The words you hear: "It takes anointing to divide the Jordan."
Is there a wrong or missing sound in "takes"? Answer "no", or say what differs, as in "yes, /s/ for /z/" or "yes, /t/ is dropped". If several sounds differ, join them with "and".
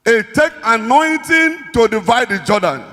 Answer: yes, /s/ is dropped